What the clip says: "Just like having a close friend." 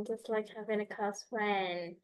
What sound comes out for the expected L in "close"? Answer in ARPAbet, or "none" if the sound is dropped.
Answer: none